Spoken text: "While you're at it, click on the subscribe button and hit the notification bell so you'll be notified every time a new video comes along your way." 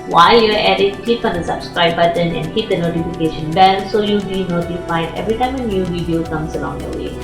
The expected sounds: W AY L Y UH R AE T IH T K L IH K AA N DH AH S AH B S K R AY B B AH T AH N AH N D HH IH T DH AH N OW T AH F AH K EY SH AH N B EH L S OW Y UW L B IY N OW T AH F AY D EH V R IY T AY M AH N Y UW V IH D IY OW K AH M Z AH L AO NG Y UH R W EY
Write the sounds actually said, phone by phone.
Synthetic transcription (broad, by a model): W AY L Y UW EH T IH T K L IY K AA N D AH S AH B S K R AY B B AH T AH N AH N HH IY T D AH N OW T AH F AH K EY SH AH N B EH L S OW Y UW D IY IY N OW T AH F AY EH V R IY T AY M AH N Y UW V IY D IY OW K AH M S AH L AO NG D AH W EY